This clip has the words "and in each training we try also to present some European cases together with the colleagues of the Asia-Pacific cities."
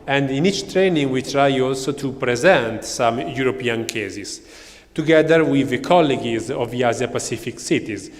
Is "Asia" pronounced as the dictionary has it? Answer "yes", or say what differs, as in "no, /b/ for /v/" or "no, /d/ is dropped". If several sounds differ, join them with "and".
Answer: no, /z/ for /ʒ/